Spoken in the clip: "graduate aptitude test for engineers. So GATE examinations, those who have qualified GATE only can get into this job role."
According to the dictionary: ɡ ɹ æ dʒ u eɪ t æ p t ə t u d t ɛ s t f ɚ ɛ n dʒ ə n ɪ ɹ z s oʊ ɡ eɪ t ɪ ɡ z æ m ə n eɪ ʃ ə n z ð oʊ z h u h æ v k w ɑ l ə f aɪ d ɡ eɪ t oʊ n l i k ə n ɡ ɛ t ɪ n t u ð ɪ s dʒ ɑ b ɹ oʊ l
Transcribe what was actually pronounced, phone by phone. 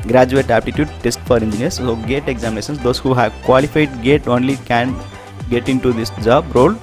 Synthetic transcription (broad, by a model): ɡ ɹ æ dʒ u eɪ t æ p t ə t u d t ɛ s t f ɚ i n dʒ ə n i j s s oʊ ɡ eɪ t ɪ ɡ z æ m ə n eɪ s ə n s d oʊ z h u h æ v k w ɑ l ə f aɪ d ɡ eɪ t oʊ n l i k ə n ɡ ɛ t ɪ n t u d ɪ s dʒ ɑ b ɹ oʊ l